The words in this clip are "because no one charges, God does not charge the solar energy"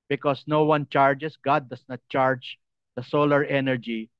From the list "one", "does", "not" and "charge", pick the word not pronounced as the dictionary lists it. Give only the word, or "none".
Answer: does